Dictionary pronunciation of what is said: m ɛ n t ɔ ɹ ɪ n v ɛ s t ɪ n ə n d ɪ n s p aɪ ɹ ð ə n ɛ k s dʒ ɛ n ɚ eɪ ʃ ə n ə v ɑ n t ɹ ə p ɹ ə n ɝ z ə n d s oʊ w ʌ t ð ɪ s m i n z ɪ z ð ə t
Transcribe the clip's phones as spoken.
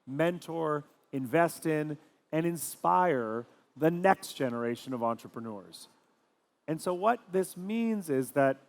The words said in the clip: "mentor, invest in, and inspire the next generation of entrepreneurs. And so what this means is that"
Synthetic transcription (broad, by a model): m ɛ n t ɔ ɹ ɪ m v ɛ s t ɪ n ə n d ɪ n s p aɪ ɹ ð ə n ɛ k s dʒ ɛ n ɚ eɪ ʃ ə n ə v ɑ n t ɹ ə p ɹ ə n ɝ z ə n s oʊ w ʌ t ð ɪ s m i n z ɪ z ð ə t